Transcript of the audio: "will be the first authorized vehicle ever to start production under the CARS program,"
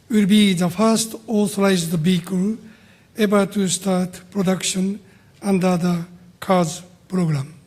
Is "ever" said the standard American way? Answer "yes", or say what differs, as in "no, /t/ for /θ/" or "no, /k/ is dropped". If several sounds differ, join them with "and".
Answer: no, /b/ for /v/